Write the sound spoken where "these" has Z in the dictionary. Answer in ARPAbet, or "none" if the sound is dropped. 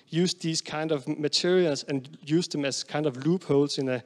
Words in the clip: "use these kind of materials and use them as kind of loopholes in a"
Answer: S